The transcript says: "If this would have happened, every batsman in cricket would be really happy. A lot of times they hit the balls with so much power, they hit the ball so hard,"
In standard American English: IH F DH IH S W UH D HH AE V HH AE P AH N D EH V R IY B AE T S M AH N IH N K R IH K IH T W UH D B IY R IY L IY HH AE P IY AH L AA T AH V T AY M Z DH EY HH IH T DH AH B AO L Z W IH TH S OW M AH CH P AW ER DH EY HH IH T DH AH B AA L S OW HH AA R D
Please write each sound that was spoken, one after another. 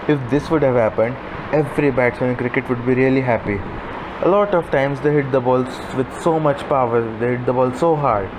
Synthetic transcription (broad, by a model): IH F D IH S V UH D HH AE V HH AE P AH N D EH V R IY B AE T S AH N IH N K R IH K IH T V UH D B IY R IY L IY HH AE P IY AH L AA T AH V T AY M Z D EY HH IH T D AH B AO L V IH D S OW M AH CH P AW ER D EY HH IH T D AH B AA L S OW HH AA R D